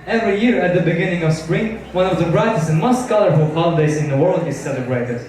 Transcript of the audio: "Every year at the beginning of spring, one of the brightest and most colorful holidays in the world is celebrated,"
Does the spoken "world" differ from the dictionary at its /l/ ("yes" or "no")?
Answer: no